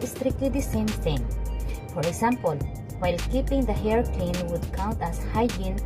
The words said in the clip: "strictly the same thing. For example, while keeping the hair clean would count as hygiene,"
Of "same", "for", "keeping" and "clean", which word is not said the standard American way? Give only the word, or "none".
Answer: clean